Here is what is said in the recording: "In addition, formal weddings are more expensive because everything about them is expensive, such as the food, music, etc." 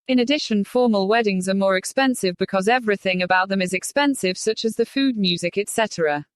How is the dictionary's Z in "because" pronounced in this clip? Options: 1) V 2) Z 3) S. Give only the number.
2